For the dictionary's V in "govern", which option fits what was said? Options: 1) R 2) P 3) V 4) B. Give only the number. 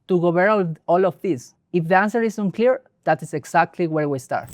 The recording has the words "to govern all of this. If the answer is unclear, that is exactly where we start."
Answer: 4